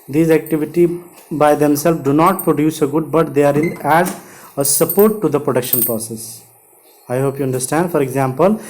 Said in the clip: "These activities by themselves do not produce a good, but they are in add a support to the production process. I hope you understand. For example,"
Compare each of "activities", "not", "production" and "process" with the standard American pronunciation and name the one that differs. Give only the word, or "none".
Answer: activities